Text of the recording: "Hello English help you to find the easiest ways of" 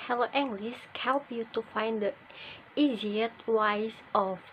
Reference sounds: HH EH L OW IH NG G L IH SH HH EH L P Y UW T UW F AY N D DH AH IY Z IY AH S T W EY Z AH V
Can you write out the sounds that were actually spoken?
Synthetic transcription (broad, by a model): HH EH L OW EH NG G L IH S HH EH L P Y UW T UW F AY N D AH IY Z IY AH T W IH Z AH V